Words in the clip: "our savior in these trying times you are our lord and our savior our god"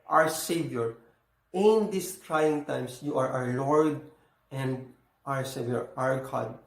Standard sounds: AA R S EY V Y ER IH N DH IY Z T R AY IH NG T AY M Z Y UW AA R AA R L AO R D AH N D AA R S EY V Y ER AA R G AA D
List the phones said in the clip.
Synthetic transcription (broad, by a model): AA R S EY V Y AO IH N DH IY S T R AY IH NG T AY M S Y UW AA R AA R L AO R D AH N D AA R S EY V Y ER AA R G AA D